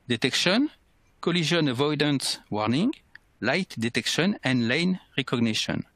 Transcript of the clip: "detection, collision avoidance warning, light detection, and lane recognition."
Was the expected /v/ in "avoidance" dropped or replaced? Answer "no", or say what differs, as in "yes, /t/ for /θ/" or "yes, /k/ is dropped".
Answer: no